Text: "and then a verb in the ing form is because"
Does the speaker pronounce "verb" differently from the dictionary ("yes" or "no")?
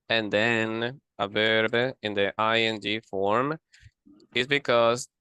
no